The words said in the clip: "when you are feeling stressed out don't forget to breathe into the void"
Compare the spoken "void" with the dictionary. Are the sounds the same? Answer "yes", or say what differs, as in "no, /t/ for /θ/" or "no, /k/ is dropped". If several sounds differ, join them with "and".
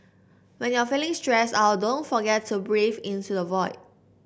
yes